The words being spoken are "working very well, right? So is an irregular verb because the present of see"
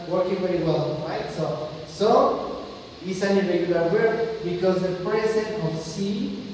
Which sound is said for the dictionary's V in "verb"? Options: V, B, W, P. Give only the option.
W